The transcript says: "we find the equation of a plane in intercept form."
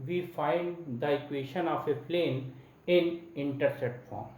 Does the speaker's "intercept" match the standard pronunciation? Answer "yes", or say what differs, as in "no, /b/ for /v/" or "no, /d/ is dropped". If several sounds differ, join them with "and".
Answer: no, /p/ is dropped